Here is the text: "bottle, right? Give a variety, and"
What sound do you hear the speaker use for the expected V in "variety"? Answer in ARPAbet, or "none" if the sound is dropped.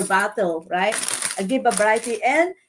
B